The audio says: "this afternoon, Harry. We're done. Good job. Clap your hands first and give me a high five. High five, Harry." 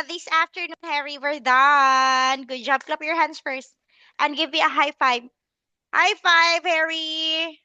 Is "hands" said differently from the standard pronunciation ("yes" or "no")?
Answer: yes